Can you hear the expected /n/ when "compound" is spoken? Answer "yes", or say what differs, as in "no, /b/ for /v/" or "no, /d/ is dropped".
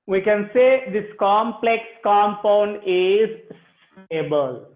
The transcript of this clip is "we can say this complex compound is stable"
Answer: yes